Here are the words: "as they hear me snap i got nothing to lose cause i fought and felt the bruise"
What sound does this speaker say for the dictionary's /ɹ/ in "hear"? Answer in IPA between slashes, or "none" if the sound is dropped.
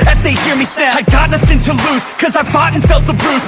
/ɹ/